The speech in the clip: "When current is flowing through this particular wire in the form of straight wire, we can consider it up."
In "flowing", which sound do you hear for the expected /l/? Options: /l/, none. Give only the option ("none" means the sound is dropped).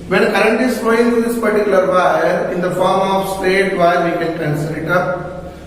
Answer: none